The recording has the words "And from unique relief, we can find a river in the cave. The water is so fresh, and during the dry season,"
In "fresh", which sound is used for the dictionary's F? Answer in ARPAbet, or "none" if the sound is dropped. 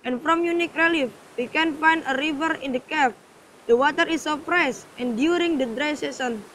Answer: P